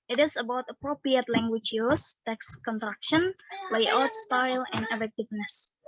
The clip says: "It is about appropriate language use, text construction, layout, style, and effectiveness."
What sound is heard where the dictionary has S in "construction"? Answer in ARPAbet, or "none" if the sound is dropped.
none